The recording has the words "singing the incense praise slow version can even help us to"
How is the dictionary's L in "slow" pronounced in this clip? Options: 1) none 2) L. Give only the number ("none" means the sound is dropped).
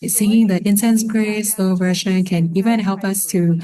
1